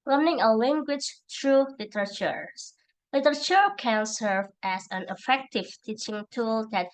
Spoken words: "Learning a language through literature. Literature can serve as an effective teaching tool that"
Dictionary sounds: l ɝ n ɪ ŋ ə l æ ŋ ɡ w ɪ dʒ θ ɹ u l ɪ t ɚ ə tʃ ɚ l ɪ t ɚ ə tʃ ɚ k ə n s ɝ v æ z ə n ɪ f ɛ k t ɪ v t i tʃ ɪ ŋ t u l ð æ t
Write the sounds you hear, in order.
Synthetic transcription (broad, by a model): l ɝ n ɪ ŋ ə l æ ŋ ɡ w ɪ dʒ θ ɹ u l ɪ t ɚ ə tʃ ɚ l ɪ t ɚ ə tʃ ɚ k ə n s ɝ v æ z ə n ɪ f ɛ k t ɪ v t i tʃ ɪ ŋ t u l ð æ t